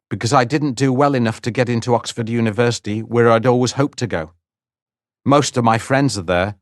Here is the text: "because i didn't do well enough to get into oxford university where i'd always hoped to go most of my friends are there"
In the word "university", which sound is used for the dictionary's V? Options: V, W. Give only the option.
V